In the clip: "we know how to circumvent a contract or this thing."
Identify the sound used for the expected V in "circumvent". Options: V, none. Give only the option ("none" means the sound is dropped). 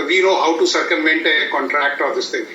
none